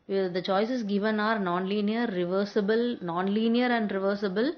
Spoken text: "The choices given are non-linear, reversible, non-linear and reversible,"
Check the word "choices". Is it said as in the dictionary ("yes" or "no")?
no